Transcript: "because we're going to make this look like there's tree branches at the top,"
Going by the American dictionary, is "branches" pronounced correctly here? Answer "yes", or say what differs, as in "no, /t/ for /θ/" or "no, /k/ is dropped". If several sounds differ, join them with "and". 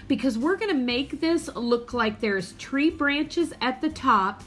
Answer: yes